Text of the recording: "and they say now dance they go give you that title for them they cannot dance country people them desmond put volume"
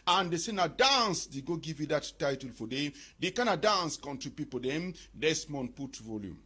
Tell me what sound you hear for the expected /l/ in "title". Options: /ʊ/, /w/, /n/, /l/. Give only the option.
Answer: /l/